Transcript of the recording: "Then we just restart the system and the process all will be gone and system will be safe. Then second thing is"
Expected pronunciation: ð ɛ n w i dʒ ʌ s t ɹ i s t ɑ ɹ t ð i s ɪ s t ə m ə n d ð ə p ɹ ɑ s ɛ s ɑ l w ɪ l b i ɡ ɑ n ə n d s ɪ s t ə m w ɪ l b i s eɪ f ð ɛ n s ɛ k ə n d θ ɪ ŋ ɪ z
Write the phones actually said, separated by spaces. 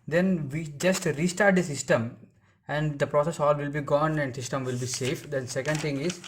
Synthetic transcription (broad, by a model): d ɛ n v i dʒ ʌ s t ɹ i s t ɑ ɹ t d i s ɪ s t ə m ə n d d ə p ɹ ɑ s ɛ s ɑ l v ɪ l b i ɡ ɑ n ə n d s ɪ s t ə m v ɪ l b i s eɪ f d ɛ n s ɛ k ə n d t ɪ ŋ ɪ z